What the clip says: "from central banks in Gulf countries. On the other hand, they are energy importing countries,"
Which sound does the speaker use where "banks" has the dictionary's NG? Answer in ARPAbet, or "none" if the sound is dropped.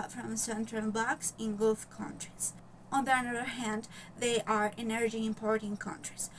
none